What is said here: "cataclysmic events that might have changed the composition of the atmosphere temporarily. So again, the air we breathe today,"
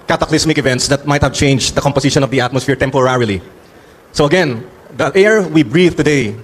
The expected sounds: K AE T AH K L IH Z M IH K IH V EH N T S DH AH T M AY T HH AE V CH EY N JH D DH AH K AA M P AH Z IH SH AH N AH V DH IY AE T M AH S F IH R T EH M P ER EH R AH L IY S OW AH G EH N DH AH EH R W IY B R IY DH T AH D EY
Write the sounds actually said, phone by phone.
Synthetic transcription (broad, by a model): K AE T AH K L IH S M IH K IH V EH N T S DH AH T M AY T HH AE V CH EY N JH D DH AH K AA M P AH S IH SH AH N AH V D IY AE T M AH S F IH R T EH M P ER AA R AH L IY S OW AH G EH N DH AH EH R W IY B R IY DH T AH D EY